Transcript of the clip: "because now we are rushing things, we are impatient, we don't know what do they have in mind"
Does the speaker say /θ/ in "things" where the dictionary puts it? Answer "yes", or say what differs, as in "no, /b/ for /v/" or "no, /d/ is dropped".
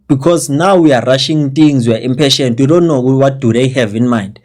no, /t/ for /θ/